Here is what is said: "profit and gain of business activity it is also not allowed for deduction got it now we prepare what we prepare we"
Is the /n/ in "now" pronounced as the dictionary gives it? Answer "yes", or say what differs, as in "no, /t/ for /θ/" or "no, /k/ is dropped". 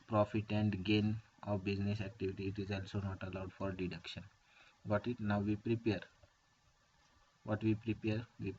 yes